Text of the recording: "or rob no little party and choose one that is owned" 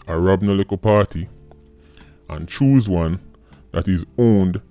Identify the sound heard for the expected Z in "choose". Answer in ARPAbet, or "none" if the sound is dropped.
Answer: Z